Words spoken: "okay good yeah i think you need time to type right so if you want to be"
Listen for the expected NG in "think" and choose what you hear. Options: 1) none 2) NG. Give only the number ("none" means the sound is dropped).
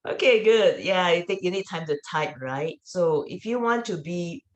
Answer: 1